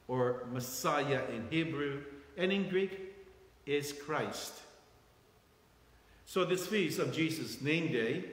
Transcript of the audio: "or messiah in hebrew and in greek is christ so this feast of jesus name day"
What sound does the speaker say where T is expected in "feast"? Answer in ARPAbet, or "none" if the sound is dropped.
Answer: none